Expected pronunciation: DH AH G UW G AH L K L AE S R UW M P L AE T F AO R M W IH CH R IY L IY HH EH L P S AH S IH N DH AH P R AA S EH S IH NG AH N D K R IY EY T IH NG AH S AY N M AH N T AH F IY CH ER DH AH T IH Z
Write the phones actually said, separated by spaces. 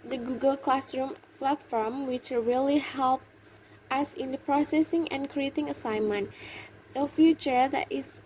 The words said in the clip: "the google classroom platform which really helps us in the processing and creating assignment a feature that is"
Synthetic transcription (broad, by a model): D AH G UW G AH L K L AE S R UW M F L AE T F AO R M W IH CH R IY L IY HH EH L P S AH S IH N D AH P R AA S EH S IH NG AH N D K R IY EY T IH NG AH S AY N M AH N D AH F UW CH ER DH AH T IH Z